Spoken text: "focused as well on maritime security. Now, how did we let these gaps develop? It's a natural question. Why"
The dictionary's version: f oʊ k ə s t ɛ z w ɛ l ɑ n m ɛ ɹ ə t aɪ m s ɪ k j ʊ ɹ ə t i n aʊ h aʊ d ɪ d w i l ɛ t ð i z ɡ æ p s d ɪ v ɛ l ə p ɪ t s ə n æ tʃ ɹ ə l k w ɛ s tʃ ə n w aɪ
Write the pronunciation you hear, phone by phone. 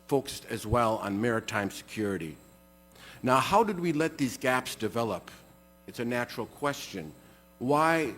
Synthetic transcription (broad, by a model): f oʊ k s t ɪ z w ɛ l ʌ n m ɛ ɹ ə t aɪ m s ɪ k j ʊ ɹ ə t i n aʊ h aʊ d ɪ d w i l ɛ t ð i z ɡ æ p s d ɪ v ɛ l ə p ɪ t s ə n æ tʃ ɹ l k w ɛ s tʃ ə n w aɪ